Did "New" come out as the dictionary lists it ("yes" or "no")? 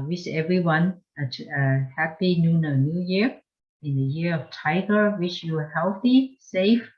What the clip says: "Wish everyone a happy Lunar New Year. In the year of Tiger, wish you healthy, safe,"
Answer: yes